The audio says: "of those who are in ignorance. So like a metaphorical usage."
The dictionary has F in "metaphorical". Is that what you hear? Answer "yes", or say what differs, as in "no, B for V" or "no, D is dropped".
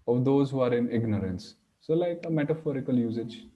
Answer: yes